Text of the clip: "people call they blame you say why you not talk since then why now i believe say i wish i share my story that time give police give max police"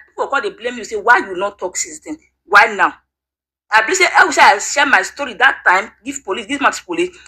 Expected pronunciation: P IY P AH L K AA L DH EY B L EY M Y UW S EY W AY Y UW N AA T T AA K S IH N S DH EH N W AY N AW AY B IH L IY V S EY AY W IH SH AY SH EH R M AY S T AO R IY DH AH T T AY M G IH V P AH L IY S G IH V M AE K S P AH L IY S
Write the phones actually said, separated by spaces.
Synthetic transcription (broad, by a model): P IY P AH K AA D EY B L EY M Y UW S EY W AY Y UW N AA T T AA K S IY S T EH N W AY N AW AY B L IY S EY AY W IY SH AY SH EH M AY S T AO R IY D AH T T AY M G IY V P AH L IY S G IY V M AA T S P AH L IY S